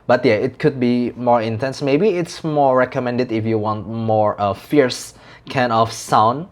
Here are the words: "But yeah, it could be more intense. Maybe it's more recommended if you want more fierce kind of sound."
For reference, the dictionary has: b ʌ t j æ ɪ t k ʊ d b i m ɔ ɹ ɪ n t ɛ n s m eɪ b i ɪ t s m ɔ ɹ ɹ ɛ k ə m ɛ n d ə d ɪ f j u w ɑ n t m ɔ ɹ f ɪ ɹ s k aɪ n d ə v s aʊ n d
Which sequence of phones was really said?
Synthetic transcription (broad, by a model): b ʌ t j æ ɪ t k ʊ d b i m ɔ ɹ ɪ n t ɛ n s m eɪ b i ɪ t s m ɔ ɹ ɹ ɛ k ə m ɛ n d ə d ɪ f j u w ɑ n t m ɔ ɹ f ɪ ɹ s k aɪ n ə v s aʊ n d